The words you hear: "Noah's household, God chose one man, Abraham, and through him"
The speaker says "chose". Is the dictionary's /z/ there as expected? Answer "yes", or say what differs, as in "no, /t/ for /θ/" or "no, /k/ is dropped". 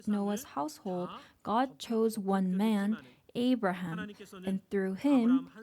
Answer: yes